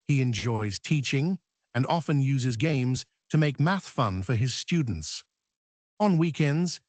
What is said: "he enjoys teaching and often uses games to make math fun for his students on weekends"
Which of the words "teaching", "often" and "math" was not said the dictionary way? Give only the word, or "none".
none